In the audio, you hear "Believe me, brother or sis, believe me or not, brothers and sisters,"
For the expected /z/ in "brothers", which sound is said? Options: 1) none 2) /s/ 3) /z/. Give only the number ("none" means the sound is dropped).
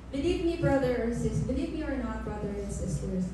1